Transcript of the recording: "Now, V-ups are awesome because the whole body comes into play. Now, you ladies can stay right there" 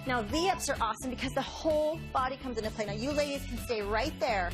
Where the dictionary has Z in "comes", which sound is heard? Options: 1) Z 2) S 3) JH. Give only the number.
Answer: 1